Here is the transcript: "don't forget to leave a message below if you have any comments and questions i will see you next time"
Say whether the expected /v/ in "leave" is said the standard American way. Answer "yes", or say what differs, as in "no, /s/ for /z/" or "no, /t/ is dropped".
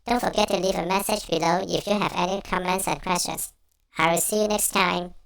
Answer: yes